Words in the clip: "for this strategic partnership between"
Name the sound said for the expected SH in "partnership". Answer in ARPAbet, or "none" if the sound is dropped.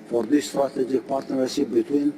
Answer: S